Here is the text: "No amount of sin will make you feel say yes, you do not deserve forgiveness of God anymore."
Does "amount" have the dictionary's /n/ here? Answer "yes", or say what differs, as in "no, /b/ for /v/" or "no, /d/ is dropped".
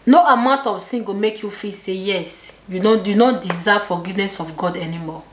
yes